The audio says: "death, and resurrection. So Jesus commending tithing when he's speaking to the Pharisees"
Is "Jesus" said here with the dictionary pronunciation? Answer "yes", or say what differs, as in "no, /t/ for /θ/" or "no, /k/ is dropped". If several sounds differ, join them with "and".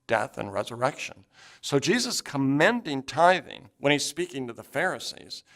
yes